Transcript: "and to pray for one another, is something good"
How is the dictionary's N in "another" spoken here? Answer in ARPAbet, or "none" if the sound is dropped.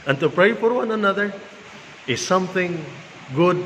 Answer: N